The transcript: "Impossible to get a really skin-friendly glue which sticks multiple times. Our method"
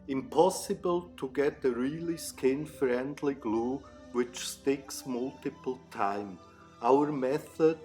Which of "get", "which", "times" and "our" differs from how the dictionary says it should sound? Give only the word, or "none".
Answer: times